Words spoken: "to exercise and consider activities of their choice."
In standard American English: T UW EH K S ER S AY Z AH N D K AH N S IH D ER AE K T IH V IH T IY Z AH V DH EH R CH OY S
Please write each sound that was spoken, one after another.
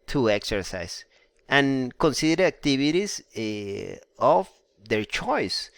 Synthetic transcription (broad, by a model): T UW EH K S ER S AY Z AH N K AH N S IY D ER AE K T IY B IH T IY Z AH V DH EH R CH OY S